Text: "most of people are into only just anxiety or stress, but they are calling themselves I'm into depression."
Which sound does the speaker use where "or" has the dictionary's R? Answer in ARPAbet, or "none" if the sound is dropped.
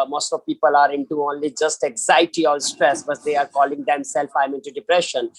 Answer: L